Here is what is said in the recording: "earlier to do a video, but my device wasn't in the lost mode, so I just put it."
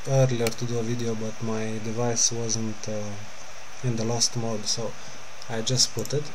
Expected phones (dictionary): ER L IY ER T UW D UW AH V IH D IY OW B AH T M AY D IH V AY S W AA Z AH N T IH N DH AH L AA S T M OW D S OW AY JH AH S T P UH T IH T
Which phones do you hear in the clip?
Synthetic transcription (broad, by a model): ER L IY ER T UW D UW AH V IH D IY OW B AH T M AY D IH V AY S W AA Z AH N T IH N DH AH L AA S T M OW D S OW AY JH AH S T P UH T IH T